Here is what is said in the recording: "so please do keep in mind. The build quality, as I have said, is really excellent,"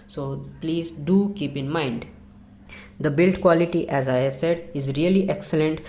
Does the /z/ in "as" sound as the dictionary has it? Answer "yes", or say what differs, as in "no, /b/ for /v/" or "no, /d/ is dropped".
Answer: yes